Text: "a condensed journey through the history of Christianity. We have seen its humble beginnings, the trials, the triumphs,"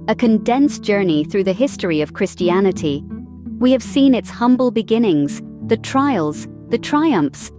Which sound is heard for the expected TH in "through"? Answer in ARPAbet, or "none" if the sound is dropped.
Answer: TH